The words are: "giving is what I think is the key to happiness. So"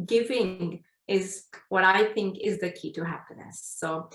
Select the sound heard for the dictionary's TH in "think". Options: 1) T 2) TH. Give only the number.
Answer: 2